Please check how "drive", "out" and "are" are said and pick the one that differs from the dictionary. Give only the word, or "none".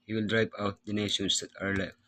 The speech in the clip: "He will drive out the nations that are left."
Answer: drive